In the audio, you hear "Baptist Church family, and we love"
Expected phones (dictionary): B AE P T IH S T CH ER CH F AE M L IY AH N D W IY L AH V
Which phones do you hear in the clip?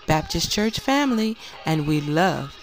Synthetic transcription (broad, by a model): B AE P T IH S CH ER CH F AE M L IY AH N W IY L AH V